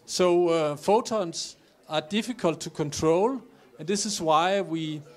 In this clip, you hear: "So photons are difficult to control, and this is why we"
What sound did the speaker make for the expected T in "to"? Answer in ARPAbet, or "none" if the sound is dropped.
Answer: T